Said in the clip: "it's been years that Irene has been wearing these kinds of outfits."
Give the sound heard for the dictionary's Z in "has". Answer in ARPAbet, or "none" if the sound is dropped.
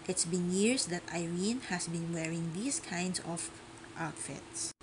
S